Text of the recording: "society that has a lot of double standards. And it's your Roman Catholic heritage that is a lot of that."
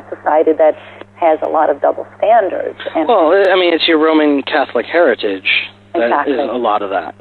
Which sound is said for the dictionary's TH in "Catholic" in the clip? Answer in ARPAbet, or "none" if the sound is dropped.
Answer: TH